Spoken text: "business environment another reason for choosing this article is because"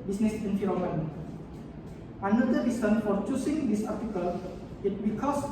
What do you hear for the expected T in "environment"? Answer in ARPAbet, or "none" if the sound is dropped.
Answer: none